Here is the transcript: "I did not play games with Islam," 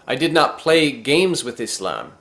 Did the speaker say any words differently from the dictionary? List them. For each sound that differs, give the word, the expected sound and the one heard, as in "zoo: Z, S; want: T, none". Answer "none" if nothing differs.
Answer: none